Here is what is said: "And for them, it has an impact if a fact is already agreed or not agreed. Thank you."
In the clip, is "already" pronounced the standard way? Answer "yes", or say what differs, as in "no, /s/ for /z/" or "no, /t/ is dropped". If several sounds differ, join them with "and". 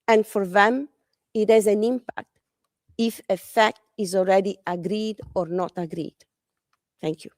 no, /l/ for /ɹ/